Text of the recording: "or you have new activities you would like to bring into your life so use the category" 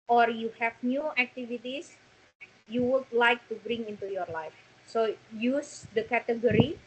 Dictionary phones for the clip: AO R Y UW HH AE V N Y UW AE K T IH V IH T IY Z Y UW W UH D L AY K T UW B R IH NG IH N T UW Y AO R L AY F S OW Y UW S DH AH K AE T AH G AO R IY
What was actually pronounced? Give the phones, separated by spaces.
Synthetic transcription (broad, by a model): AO R Y UW HH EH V N Y UW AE K T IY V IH T IY S Y UW W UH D L AY K T UW B R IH NG IH N T UW Y AO R L AY F S OW Y UW S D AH K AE T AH G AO R IY